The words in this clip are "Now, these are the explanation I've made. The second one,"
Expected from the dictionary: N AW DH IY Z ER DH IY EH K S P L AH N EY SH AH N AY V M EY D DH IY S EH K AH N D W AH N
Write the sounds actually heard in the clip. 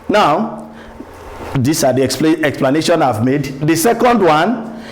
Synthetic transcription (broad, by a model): N AW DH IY S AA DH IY EH K S P L AH N EY SH AH N AY V M EY D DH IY S EH K AH N D W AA N